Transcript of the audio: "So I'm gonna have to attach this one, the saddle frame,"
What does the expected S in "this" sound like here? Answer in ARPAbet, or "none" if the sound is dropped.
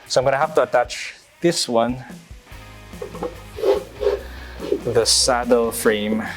S